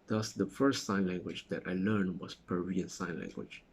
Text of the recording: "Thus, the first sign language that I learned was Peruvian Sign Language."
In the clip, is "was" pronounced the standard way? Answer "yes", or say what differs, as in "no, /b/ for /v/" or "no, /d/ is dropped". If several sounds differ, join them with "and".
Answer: no, /s/ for /z/